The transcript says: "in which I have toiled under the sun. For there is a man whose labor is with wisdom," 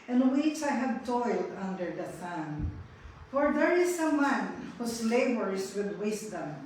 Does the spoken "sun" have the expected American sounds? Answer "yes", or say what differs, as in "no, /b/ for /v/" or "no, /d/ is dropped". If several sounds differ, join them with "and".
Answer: no, /θ/ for /s/